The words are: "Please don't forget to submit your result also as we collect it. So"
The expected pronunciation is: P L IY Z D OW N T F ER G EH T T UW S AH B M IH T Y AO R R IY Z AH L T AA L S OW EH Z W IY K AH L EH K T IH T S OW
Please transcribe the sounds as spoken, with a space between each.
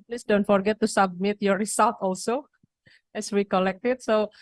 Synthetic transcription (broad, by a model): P L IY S D OW N T F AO G EH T T UW S AH B M IH T Y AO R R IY S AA L T AA L S OW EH S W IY K AH L EH K T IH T S OW